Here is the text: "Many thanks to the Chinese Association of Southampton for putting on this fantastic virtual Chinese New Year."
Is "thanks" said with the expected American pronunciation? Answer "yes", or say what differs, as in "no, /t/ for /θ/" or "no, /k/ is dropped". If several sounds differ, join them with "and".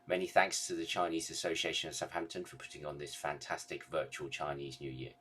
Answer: yes